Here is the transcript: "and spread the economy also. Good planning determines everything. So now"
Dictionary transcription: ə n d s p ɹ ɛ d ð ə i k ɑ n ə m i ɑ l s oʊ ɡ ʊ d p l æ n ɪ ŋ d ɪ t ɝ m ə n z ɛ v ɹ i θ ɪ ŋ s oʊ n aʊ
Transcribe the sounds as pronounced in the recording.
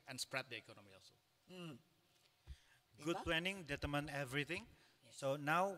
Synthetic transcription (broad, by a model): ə n s p ɹ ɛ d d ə i k ɑ n ə m i ɑ l s oʊ ɡ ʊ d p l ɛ n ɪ ŋ d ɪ t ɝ m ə n ɛ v ɹ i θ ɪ ŋ s oʊ n aʊ